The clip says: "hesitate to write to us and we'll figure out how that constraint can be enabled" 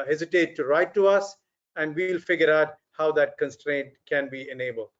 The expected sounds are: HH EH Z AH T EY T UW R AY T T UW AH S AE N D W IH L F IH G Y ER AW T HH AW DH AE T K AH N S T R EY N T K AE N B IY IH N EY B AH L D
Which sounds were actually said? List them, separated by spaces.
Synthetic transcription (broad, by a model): HH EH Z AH T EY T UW R AY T T UW AH S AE N D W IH L F IH G Y ER AW T HH AW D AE T K AH N S T R EY N T K AE N B IY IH N EY B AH L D